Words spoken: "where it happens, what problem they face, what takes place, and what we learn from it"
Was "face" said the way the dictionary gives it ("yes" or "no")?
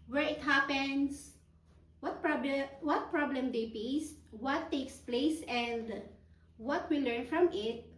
no